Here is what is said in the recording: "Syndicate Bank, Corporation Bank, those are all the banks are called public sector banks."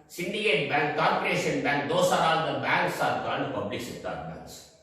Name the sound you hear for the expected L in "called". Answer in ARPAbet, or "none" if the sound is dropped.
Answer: N